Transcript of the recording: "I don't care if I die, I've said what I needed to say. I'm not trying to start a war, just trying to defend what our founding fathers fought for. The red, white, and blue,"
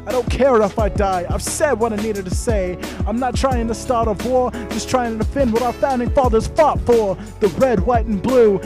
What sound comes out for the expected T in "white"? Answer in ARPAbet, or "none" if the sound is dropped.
T